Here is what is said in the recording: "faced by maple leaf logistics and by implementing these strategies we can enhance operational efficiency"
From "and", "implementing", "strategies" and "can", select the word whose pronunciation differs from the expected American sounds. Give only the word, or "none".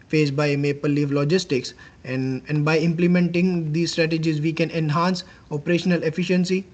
none